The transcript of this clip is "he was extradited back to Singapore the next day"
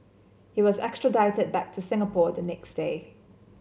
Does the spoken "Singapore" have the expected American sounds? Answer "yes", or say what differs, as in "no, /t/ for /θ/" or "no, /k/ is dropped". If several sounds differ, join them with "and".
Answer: yes